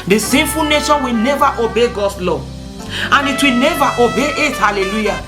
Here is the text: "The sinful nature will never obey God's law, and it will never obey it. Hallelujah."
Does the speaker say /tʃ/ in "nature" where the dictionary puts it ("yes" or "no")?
no